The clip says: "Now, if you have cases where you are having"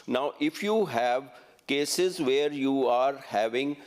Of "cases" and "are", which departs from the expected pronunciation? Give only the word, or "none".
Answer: none